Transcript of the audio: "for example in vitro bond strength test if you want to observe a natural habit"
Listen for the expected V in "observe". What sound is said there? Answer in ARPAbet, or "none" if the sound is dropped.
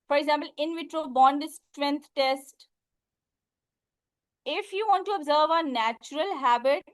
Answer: V